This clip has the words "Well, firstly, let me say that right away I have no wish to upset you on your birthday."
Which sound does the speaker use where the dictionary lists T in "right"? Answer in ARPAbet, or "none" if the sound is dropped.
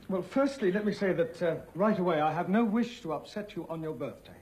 T